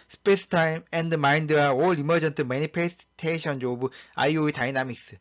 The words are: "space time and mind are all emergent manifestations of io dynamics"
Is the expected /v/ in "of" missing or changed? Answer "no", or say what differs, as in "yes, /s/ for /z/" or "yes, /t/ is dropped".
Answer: yes, /b/ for /v/